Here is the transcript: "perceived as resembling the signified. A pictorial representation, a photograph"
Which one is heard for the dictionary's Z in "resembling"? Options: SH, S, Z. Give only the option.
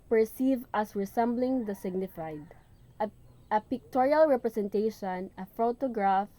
S